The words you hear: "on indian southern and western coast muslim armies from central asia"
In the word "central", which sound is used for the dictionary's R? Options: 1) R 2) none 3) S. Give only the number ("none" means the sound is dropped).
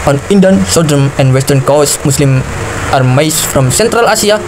1